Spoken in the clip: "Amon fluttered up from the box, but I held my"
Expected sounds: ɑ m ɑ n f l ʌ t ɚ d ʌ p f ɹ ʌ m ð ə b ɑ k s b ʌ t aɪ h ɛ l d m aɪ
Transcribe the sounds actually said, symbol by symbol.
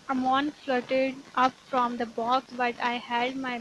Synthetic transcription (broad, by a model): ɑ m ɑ n f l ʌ t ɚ d ʌ p f ɹ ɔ m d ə b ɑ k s b ʌ t aɪ h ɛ d m aɪ